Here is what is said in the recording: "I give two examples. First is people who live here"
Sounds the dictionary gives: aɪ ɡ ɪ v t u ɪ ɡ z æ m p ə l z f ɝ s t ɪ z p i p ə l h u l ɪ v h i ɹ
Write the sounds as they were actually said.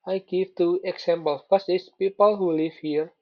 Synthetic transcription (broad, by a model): aɪ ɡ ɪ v t u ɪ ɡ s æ m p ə l f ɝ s ɪ s p i p ə l h u l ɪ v h i ɹ